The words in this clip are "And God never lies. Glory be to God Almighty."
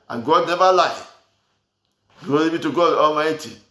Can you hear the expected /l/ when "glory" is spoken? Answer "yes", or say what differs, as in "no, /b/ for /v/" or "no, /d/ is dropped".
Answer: no, /l/ is dropped